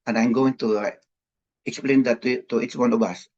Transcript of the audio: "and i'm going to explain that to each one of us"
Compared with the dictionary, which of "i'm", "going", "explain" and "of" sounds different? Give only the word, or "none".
of